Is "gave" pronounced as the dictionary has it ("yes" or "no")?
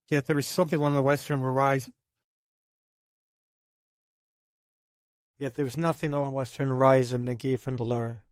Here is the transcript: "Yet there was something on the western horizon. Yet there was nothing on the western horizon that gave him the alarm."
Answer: no